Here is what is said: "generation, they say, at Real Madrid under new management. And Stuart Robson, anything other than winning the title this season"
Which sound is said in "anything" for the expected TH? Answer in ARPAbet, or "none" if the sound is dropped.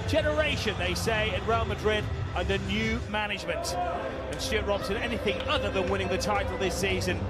TH